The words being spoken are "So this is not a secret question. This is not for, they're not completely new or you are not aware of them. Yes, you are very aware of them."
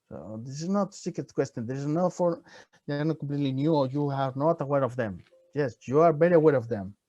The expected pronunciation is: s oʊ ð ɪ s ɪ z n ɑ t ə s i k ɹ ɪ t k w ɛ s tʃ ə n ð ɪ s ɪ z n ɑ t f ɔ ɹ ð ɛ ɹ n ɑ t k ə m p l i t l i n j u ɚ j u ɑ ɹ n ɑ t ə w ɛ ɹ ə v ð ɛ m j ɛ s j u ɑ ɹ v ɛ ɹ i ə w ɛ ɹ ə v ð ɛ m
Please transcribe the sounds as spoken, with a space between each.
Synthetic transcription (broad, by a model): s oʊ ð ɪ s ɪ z n ɑ t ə s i k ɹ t k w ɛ s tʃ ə n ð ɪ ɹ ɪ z n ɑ f ɔ ɹ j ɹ n ɑ t k ə m p l i t l i n j u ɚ j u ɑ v n ɑ t ə w ɛ ɹ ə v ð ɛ m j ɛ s j u ɑ ɹ b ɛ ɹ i ə w ɛ ɹ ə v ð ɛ m